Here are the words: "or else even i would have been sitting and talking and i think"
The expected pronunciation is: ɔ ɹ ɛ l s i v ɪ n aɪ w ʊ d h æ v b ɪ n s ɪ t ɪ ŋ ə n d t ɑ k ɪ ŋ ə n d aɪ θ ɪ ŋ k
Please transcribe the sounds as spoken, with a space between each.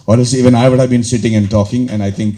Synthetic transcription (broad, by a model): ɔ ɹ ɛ s i v ɪ n aɪ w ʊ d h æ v b ɪ n s ɪ t ɪ ŋ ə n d t ɑ k ɪ ŋ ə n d aɪ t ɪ ŋ k